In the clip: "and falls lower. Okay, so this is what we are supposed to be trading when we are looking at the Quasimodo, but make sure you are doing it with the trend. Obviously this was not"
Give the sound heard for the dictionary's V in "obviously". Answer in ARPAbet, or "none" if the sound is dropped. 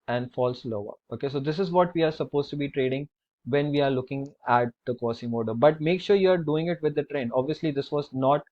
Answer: V